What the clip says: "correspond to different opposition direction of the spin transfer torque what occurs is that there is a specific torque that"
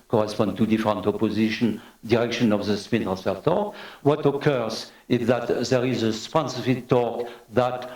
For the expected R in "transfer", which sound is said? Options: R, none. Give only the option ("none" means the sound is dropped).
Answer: none